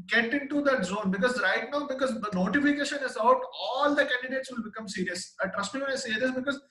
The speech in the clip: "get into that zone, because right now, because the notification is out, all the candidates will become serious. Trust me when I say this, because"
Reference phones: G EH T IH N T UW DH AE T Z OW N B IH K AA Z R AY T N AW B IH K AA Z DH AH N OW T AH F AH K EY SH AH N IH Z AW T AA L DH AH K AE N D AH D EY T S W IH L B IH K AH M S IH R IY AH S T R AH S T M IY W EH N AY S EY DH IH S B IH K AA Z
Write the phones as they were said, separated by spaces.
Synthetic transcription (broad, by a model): G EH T IH N T UW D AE T Z OW N B IH K AA Z R AY T N AW B IH K AA Z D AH N OW T AH F AH K EY SH AH N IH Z AW T AA L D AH K AE N D AH D EY T S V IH L B IH K AH M S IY R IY AH S T R AH S T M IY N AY S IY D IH S B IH K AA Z